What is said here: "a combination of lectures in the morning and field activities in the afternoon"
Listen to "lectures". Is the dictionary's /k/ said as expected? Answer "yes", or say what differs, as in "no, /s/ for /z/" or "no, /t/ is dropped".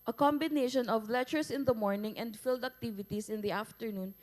no, /k/ is dropped